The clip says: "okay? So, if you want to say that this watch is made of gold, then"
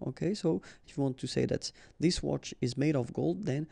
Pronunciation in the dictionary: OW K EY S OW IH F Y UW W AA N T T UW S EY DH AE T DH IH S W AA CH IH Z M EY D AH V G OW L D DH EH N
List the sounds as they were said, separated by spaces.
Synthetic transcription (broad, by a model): OW K EY S OW IH F Y UW W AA N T T UW S EY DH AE T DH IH S W AA CH IH Z M EY D AH V G OW L D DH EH N